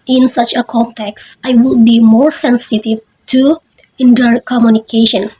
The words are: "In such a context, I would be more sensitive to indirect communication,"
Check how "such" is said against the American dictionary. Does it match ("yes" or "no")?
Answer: yes